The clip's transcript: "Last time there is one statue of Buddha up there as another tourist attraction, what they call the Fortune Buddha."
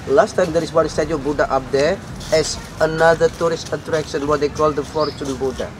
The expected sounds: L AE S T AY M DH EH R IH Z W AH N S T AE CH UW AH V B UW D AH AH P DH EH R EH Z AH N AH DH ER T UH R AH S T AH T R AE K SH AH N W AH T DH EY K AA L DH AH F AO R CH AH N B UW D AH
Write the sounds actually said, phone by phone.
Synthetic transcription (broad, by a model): L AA S T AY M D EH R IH S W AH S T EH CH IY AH B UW D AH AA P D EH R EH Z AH N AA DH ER T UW R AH S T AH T R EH K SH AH N W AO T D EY K AA L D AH F AO R CH AH N B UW D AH